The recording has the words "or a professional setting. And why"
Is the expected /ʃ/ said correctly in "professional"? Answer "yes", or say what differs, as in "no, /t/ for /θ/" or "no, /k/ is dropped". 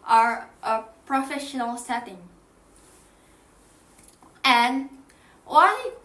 yes